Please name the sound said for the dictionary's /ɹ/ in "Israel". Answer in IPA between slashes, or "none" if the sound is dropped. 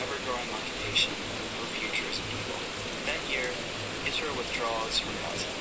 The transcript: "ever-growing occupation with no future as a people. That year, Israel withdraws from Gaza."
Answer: none